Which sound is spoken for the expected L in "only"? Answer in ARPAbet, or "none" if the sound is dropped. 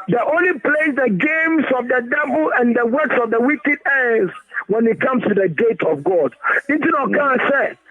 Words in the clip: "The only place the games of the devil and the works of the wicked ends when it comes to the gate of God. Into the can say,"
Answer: L